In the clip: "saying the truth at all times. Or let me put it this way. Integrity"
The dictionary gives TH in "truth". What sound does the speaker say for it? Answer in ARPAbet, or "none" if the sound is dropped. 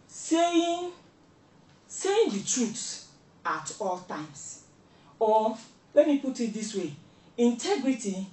S